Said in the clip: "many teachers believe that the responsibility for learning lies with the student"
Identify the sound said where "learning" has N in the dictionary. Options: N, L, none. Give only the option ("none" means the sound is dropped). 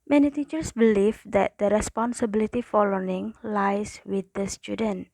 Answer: none